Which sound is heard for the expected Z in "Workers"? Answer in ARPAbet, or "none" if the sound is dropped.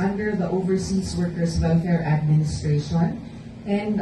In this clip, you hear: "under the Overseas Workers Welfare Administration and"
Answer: S